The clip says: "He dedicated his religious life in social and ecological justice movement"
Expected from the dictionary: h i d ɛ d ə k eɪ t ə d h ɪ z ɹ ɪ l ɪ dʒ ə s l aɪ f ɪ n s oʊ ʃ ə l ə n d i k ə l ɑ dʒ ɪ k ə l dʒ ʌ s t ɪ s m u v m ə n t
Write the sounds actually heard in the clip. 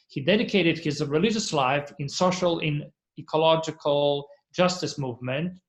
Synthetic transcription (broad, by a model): h i d ɛ d ə k eɪ t ə d h ɪ z ɹ ɪ l ɪ dʒ ə s l aɪ f ɪ n s oʊ ʃ ə l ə n i k ə l ɑ dʒ ɪ k ə l dʒ ʌ s t ɪ s m u v m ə n t